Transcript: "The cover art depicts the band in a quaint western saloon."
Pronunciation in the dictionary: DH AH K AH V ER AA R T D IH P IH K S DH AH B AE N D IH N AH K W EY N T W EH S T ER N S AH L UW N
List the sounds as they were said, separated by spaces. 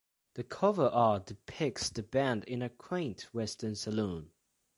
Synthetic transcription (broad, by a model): DH AH K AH V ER R T D IH P IH K S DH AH B AE N D IH N AH K W EY N T W EH S T ER N S AH L UW N